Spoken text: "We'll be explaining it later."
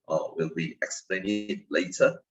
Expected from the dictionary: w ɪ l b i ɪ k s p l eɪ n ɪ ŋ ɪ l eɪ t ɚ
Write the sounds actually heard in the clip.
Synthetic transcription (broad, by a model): w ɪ l b i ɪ k s p l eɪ ɪ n ɪ l eɪ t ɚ